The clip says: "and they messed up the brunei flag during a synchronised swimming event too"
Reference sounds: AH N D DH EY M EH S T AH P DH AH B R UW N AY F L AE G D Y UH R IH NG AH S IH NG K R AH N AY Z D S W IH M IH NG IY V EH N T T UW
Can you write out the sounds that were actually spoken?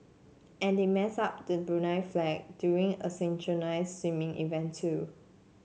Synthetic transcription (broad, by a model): AH N D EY M EH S AH P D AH B R UW N AY F L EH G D Y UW R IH NG AH S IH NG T R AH N AY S W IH M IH NG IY V EH N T T UW